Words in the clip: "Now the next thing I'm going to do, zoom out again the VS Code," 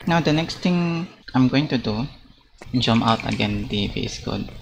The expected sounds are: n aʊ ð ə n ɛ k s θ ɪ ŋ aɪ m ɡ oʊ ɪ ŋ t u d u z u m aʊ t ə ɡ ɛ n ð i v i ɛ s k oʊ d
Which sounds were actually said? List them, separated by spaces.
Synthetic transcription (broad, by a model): n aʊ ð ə n ɛ k s t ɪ ŋ aɪ m ɡ oʊ ɪ ŋ t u d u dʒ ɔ m aʊ t ə ɡ ɛ n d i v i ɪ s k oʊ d